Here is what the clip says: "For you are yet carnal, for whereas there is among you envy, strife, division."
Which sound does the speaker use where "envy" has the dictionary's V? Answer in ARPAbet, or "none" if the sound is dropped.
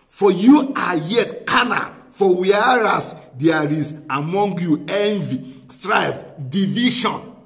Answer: V